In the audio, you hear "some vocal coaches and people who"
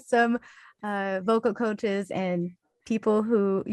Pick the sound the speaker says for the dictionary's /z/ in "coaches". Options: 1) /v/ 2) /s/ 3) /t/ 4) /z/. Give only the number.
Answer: 4